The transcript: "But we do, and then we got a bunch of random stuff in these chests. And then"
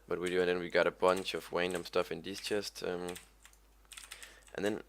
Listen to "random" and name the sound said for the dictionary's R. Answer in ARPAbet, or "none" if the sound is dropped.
W